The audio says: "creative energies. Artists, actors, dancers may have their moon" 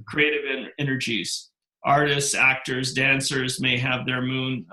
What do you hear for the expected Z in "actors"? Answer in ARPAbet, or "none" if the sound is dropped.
Z